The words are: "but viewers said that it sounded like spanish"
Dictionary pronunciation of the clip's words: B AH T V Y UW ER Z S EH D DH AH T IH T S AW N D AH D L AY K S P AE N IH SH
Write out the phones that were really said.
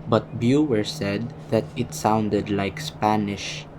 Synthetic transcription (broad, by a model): B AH T B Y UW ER S EH D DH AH T IH T S AW N D AH D L AY K S P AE N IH SH